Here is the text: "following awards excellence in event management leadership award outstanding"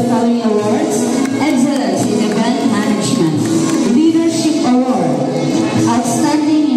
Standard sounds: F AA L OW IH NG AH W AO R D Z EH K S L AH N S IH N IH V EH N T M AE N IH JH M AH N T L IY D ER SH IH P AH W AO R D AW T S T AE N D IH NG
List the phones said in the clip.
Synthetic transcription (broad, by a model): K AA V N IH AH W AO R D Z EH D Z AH S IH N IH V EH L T M AE N IH JH M AH N T L IY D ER SH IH P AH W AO R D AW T S T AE N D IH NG